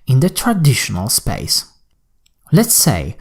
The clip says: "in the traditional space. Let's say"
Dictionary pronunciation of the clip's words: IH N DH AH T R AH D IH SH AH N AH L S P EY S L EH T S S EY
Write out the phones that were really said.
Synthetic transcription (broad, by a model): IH N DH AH T R AH D IH SH AH N AH L S P EY S L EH T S S EY